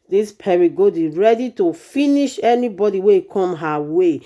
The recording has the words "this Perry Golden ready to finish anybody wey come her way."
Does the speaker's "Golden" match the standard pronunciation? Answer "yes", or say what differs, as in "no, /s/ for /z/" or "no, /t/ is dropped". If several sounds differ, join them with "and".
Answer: no, /l/ is dropped